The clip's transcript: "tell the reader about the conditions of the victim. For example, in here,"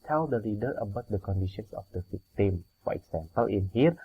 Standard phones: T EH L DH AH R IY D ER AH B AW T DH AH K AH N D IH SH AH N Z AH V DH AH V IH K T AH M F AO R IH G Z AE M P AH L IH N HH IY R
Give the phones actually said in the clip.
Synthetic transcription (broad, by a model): T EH L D AH L IY D ER AH B AW T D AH K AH N D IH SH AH N S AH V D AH F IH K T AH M F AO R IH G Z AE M P AH L IH N HH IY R